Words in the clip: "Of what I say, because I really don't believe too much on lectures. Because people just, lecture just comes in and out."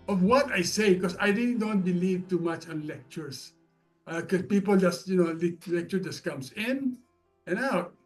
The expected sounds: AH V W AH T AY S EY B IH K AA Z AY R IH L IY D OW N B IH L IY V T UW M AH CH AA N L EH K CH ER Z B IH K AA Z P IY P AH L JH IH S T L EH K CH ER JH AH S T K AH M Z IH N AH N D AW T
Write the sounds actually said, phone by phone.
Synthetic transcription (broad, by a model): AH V W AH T AY S EY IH K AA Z AY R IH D D OW N B IH L IY V T UW M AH CH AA N L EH K CH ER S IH K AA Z P IY P AH L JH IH S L L EH K CH ER JH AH S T K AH M S IH N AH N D AW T